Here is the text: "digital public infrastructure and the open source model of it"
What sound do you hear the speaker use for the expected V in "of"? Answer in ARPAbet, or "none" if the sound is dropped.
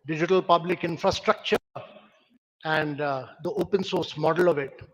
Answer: V